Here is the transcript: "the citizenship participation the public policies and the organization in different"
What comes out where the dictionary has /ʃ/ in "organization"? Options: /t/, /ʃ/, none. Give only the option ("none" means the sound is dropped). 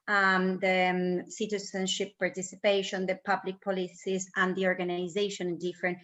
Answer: none